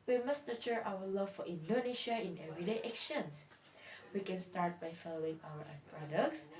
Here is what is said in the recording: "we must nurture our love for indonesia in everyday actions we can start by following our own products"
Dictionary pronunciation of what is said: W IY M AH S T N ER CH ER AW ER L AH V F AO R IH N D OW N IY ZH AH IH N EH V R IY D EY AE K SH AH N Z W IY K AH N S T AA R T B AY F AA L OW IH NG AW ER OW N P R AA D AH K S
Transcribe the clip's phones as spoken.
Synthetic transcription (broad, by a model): W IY M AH S T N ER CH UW AW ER L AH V F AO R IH N D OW N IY SH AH IH N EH V R IY D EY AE K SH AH N S W IY K AH N S T AA R T B AY F AA L OW IH NG AW ER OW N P R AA D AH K S